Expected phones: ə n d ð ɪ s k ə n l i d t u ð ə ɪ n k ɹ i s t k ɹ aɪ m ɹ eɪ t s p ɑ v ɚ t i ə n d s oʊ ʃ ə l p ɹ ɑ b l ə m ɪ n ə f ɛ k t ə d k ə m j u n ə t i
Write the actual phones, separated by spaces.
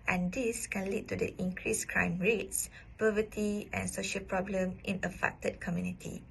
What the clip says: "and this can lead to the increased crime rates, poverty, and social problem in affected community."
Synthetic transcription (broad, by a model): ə n d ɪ s k ə n l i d t u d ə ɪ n k ɹ i s k ɹ aɪ m ɹ eɪ t s p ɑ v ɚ t i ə n s oʊ ʃ ə l p ɹ ɑ b l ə m ɪ n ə f ɛ k t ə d k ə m j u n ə t i